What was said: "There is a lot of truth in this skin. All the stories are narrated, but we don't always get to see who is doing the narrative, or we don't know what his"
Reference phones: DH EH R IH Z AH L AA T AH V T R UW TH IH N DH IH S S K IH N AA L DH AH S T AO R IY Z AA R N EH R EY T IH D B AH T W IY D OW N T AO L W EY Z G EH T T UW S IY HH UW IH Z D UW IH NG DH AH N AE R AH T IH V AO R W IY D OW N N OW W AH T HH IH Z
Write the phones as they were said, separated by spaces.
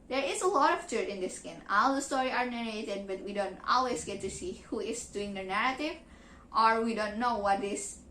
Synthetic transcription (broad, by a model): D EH R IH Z AH L AA T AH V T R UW T IH N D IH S S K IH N AA L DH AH S T AO R IY AA R N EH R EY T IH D B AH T W IY D OW N T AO L W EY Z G EH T T UW S IY HH UW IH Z D UW IH NG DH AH N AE R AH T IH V AO R W IY D OW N N OW W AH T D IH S